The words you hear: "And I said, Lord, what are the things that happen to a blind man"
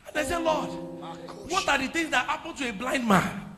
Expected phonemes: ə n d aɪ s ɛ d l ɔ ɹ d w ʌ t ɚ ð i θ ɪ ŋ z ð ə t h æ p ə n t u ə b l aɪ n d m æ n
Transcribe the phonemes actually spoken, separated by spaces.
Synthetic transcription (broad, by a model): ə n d aɪ s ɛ l ɔ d w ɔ t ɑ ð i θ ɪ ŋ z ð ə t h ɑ p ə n t u ə b l aɪ n d m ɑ n